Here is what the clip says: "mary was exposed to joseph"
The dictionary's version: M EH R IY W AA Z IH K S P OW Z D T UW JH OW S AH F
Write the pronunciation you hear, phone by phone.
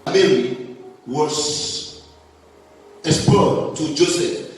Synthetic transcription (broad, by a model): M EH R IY W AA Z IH S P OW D T UW JH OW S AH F